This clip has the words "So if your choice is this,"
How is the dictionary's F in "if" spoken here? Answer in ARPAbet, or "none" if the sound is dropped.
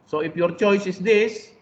P